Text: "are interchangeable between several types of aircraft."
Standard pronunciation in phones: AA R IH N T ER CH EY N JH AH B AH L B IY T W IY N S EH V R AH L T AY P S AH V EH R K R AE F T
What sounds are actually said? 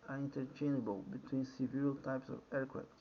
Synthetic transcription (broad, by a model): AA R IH N T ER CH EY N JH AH B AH L B IY T W IY N S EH V AH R T AY P S AH V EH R K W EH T